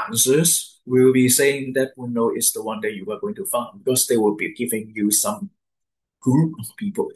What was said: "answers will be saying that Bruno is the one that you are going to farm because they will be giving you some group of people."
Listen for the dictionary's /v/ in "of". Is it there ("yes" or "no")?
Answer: no